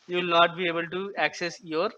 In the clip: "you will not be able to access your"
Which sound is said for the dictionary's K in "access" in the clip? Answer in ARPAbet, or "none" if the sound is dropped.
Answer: K